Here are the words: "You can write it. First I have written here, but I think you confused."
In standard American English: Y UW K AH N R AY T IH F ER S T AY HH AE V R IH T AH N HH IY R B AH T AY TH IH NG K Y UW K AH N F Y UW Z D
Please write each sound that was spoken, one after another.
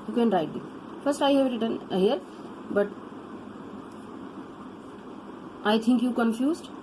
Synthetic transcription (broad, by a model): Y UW K AH N R AY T IH F ER S T AY HH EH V R IH T AH N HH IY R B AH T AY T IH NG K Y UW K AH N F Y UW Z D